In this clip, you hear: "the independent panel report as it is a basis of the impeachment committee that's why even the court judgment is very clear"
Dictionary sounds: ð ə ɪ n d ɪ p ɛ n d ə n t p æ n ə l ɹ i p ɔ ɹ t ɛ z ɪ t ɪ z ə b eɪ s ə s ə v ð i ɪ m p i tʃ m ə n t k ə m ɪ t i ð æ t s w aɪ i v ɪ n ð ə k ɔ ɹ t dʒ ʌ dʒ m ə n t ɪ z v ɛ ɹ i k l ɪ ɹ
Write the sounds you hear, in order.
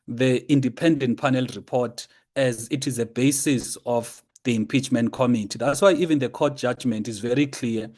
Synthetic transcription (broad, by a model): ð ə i n d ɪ p ɛ n d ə n t p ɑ n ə l ɹ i p ɔ t ɛ z ɪ t ɪ z ə b eɪ s ə s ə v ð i ɪ m p i tʃ m ə n t k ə m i t i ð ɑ t s w aɪ i v ɪ n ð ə k ɔ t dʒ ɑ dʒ m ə n t ɪ z v ɛ ɹ i k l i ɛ